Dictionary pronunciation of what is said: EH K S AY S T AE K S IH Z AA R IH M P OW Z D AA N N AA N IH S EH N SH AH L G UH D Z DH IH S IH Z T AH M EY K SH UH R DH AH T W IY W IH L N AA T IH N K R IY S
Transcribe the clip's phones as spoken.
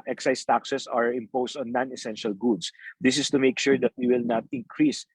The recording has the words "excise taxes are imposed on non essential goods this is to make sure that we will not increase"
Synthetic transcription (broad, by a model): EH K S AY S T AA K S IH S AA R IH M P OW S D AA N N AA N IH S EH N SH AH L G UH D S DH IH S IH S T AH M EY K SH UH R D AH T W IY W IH L N AA T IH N K R IY S